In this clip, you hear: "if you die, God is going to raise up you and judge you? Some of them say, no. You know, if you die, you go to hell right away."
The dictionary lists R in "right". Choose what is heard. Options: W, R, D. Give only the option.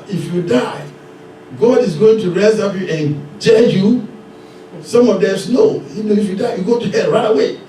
R